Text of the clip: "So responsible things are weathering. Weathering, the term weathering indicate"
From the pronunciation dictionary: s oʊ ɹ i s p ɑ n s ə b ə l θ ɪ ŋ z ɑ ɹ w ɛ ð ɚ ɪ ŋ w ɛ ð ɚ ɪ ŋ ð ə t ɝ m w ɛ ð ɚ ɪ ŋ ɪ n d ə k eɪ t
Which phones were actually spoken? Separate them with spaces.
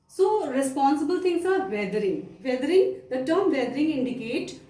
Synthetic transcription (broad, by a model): s oʊ ɹ i s p ɑ n s ə b ə l t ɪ ŋ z ɑ ɹ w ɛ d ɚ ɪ ŋ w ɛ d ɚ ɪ ŋ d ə t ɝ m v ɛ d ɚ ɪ ŋ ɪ n d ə k eɪ t